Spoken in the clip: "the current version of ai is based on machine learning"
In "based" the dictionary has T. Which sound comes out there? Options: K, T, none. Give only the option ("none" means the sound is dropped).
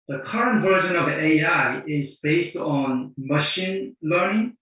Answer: T